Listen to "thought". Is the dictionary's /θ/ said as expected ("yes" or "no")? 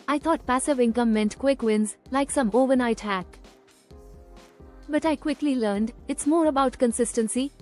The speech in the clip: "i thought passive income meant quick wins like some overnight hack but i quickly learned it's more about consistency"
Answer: no